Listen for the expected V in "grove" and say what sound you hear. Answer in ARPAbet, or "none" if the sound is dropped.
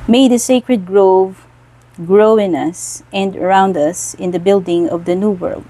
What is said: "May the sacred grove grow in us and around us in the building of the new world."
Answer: V